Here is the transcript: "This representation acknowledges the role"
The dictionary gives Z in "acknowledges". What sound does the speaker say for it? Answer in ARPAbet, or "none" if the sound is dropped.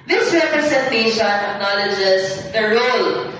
S